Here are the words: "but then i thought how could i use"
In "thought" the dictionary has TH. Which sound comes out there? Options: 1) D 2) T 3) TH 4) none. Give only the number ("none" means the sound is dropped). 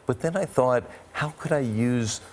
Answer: 3